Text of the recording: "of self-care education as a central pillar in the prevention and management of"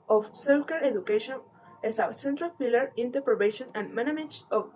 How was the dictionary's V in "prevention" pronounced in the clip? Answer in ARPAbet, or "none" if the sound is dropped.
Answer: B